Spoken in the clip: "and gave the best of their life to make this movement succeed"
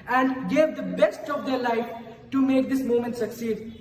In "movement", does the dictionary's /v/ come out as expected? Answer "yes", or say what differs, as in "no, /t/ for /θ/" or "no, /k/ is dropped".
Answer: no, /v/ is dropped